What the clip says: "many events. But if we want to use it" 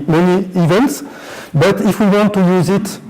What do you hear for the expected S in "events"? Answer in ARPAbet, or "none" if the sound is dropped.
S